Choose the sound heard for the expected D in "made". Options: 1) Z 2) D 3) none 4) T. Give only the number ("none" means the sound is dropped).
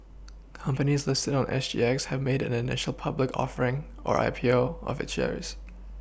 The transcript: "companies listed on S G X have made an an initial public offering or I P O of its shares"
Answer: 3